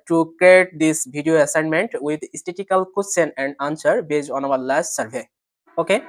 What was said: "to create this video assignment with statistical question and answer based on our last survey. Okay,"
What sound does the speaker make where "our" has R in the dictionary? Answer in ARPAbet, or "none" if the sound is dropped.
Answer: W